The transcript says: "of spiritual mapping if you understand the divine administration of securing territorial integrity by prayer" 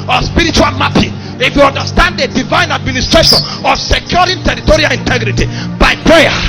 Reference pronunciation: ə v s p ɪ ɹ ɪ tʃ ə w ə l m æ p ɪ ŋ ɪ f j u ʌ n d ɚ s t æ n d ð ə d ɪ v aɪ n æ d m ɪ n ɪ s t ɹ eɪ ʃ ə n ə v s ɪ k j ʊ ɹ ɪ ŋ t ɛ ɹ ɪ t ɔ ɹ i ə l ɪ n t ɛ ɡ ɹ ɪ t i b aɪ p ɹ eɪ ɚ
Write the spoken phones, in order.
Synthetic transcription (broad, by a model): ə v s p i ɹ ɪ tʃ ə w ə l m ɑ p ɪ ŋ ɪ f j u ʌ n d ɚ s t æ n d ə d ɪ v aɪ n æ d m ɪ n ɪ s t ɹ eɪ ʃ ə n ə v s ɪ k j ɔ ɹ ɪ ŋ t ɛ ɹ ɪ t ɔ ɹ i ə l ɪ n t ɛ ɡ ɹ ɪ t i b aɪ p ɹ eɪ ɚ